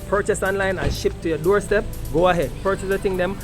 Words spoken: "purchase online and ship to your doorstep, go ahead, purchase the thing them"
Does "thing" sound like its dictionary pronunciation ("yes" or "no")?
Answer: no